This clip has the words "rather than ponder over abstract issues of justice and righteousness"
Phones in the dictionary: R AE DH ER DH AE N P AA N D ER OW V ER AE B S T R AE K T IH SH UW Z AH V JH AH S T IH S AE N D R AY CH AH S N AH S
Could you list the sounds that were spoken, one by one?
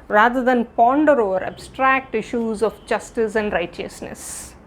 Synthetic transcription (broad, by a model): R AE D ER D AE N P AA N D ER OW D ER AE B S T R AE K T IH SH UW Z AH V JH AH S T IH S AE N D R AY CH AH S N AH S